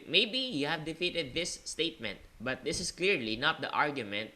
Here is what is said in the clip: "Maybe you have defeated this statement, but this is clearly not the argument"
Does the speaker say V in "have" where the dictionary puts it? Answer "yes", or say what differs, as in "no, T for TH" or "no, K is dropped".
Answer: yes